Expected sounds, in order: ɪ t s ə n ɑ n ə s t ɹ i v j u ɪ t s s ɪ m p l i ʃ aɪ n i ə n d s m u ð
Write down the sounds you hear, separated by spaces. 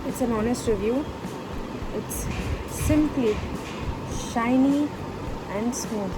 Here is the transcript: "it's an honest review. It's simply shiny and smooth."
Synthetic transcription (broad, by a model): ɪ t s ə n ɑ n ə s t ɹ i v j u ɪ t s s ɪ m p l i ʃ aɪ n i ə n d s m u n